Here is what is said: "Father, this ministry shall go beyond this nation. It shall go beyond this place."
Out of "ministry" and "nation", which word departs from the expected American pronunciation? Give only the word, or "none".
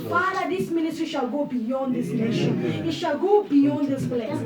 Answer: ministry